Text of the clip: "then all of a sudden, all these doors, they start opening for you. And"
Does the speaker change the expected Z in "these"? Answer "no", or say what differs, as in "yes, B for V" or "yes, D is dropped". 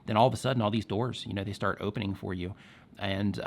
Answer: no